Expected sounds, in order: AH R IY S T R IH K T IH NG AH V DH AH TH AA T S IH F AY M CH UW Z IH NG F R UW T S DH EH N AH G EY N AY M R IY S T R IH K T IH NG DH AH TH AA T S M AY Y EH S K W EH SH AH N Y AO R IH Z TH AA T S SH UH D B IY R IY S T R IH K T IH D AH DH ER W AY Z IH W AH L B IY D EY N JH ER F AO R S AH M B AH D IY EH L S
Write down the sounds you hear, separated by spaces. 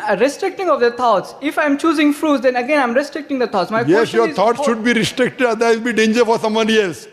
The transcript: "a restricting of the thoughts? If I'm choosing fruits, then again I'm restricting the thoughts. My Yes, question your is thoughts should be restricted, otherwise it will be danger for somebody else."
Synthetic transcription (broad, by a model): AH R IY S T R IH K T IH NG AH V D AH T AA T S IH F AY M CH UW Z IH NG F R UW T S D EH N AH G EY N AY M R IY S T R IH K T IH NG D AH T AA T S M AY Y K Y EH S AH Y AO R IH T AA T S SH UH D B IY R IY S T R IH K T IH D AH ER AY IH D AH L B IY D EY N JH ER F AO R S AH M AH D IY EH L S